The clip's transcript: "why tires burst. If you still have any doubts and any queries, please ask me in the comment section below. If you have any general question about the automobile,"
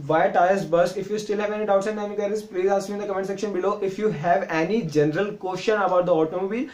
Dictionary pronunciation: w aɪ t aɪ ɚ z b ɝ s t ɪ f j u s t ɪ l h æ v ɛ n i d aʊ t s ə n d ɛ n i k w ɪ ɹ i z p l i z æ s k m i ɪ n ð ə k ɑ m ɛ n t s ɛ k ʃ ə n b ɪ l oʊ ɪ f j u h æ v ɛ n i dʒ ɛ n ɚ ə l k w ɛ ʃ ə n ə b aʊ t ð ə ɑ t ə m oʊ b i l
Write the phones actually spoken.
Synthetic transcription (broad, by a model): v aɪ t aɪ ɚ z b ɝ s ɪ f j u s t ɪ l h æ v ɛ n i d aʊ t s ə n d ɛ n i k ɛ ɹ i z p l i z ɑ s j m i ɪ n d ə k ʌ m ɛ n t s ɛ k ʃ ə n b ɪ l oʊ ɪ f j u h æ v ɛ n i dʒ ɛ n ɚ ə l k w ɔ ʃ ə n ə b aʊ t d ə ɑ t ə m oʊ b i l